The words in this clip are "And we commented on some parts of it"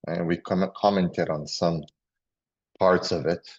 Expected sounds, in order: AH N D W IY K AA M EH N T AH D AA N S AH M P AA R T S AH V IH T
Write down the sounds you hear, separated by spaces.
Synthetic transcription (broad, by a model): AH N W IY K AA M EH N T AH D N S AH M P AA R T S AH V IH T